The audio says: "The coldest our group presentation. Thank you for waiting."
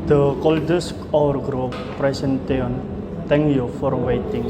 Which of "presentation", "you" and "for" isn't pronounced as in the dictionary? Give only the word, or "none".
presentation